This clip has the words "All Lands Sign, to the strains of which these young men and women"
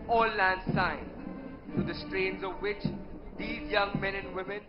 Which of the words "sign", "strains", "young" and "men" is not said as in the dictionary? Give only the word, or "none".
none